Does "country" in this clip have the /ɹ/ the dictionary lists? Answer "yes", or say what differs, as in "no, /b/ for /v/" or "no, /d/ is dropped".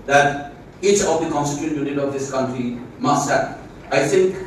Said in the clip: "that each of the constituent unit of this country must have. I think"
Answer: yes